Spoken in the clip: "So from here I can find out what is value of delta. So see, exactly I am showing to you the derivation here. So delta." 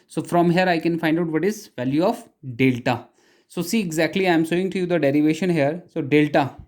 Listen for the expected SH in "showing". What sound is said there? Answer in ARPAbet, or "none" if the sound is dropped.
S